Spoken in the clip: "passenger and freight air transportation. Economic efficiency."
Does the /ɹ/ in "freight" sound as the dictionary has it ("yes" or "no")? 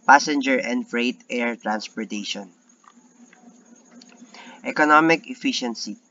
yes